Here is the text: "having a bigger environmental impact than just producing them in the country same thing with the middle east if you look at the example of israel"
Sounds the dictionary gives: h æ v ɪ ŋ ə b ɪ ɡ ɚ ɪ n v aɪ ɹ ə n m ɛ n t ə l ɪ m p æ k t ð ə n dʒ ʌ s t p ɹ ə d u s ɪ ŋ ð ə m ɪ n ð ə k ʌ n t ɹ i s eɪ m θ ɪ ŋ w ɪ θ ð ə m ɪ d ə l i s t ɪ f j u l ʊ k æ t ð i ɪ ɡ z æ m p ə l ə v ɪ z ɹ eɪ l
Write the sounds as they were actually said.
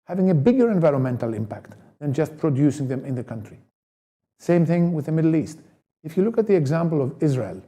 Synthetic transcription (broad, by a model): h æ v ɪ ŋ ə b ɪ ɡ ɚ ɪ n v aɪ ɹ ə n m ɛ n t l ɪ m p æ k t ð ə n dʒ ʌ s t p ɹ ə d u s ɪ ŋ ð ə m ɪ n ð ə k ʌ n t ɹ i s eɪ m θ ɪ ŋ w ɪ ð ə m ɪ d l i s t ɪ f j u l ʊ k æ t ð i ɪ ɡ z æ m p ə l ə v ɪ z ɹ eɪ l